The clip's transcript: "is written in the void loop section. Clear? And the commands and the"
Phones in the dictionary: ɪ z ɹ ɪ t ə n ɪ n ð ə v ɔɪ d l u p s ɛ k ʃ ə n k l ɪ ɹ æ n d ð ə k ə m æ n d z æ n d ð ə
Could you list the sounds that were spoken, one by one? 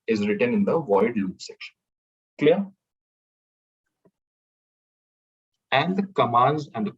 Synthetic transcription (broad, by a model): ɪ z ɹ ɪ t ə n ɪ n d ə v ɔɪ d l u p s ɛ k ʃ ə n k l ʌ ɹ æ n d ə k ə m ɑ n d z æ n d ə